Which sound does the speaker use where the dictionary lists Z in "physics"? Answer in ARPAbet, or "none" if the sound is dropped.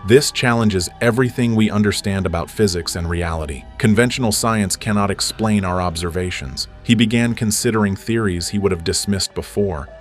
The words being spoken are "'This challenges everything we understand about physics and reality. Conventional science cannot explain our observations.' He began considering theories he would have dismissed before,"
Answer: Z